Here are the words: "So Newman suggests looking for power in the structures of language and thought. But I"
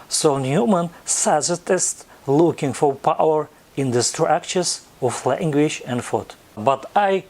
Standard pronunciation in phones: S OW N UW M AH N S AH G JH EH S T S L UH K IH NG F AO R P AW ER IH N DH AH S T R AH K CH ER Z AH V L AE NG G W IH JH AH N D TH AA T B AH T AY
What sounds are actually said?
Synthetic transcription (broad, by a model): S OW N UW M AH N S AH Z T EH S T L UH K IH NG F AO R P AW ER IH N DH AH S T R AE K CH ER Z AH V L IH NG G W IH SH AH N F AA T B AH T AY